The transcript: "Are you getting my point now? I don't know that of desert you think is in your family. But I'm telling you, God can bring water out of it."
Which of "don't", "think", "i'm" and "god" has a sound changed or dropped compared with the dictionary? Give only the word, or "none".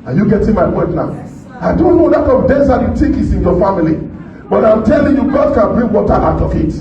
think